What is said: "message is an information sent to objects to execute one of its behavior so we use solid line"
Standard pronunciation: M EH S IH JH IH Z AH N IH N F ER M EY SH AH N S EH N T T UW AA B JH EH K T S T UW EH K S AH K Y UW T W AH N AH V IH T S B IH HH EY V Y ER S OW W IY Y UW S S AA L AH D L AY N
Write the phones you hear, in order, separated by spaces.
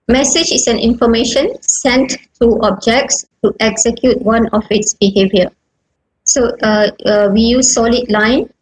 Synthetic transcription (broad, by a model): M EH S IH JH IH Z AH N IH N F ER M EY SH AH N S EH N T T UW AA B JH EH K T S T UW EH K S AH K Y UW T W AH N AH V IH T S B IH HH EY V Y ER S OW W IY Y UW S S AA L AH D L AY N